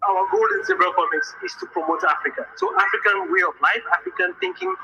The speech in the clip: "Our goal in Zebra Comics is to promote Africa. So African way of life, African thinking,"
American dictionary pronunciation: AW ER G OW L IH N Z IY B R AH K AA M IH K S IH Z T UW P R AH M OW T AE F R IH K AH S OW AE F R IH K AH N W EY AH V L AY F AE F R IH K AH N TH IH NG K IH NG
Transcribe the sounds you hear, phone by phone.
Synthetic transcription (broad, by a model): AW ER G OW L IH N S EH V R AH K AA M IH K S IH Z T UW P R AH M OW T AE F R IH K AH S OW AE F R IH K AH N W EY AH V L AY F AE F R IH K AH N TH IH NG K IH NG